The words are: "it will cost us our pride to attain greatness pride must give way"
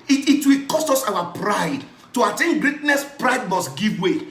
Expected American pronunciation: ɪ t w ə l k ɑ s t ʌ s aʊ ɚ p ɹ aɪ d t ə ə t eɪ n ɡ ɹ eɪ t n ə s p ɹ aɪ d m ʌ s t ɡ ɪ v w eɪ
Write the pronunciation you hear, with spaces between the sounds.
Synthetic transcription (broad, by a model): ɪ t w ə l k ɑ s t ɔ s aʊ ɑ p ɹ aɪ d t ə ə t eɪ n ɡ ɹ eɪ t n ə s p ɹ aɪ d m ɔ s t ɡ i v w eɪ